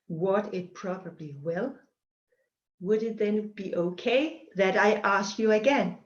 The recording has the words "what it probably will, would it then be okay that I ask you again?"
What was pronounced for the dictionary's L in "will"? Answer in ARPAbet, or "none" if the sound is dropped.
L